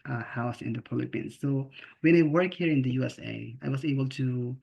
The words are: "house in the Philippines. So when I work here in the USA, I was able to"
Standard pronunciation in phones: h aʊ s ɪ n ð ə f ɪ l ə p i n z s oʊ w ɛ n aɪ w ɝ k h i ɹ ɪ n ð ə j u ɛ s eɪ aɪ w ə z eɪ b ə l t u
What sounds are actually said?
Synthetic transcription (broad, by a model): h aʊ s ɪ n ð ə p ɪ l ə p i n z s oʊ w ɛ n aɪ w ɝ k h i ɹ ɪ n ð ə j u ɛ s eɪ aɪ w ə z eɪ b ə l t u